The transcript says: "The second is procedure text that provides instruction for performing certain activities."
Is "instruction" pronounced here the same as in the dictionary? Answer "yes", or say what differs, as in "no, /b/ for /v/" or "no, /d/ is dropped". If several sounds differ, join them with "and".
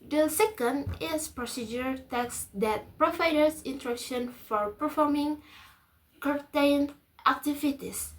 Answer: no, /s/ is dropped